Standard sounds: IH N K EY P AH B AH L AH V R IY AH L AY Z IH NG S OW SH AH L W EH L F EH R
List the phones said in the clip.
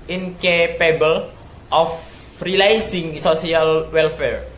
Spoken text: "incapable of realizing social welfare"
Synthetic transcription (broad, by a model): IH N K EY P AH B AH L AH F R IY L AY S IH NG S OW S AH L W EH L F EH R